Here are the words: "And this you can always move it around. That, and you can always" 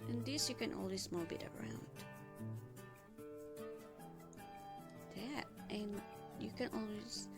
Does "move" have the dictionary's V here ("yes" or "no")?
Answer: no